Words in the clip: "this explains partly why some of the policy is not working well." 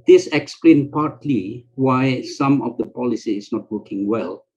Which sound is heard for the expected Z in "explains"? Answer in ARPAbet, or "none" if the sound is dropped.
none